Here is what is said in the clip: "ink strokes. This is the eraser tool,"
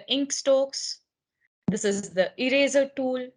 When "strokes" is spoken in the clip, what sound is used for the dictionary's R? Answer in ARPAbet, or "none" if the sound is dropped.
none